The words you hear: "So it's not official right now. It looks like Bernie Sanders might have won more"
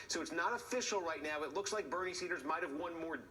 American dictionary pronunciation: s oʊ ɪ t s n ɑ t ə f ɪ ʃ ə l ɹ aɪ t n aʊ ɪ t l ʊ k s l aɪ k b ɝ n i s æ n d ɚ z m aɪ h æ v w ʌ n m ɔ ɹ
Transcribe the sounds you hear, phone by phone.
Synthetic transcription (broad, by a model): s oʊ ɪ t s n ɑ t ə f ɪ ʃ l ɹ aɪ t n aʊ ɪ t l ʊ k s l aɪ k b ɝ n i s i d ɚ z m aɪ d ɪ v w ʌ n m ɔ ɹ